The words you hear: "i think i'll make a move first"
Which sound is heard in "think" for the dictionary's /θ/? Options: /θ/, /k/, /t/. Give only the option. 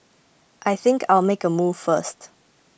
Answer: /θ/